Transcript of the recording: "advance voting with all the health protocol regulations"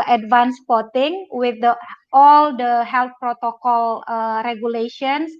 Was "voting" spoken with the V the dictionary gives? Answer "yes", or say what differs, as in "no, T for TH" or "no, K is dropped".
no, P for V